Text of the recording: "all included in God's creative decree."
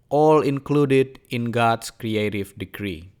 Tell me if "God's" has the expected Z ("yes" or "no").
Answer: no